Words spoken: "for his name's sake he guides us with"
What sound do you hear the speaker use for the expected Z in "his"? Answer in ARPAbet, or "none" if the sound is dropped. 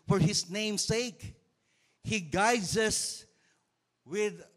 S